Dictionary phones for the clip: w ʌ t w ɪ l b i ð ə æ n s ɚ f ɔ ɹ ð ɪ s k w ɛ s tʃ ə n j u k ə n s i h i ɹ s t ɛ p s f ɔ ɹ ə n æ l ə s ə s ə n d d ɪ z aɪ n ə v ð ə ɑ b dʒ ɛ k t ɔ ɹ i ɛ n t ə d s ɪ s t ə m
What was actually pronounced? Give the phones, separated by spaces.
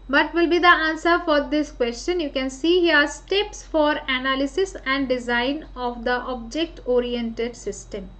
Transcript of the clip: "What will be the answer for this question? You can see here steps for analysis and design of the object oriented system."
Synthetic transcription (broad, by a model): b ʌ t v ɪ l b i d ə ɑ n s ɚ f ɔ ɹ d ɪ s k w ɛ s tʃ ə n j u k ə n s i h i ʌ s t ɛ p s f ɔ ɹ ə n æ l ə s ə s ə n d d ɪ z aɪ n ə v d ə ɑ b dʒ ɛ k t ɔ ɹ i ɛ n t ə d s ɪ s t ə m